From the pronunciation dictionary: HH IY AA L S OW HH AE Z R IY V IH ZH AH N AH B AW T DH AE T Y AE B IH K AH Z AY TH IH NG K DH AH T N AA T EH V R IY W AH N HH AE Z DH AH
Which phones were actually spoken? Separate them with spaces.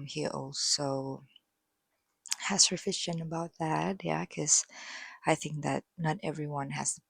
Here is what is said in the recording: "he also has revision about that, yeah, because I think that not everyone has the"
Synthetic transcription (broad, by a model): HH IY AA L S OW HH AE S R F IH SH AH N AH B AW T DH AE T Y AE K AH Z AY TH IH NG K DH AH T N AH T EH V R IY W AH N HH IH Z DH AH